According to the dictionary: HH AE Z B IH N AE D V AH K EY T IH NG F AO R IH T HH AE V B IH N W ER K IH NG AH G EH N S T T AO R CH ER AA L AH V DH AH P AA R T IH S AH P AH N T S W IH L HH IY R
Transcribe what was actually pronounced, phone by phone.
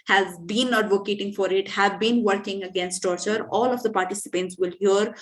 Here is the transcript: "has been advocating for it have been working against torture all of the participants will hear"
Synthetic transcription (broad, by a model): HH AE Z B IH N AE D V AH K EY T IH NG F AO R IH T HH AE V B IH N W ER K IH NG AH G EH N S T T AO R CH ER AA L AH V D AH P AA R T IH S AH P AH N T S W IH L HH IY R